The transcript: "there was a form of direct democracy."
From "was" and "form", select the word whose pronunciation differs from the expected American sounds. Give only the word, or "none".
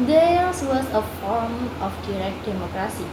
was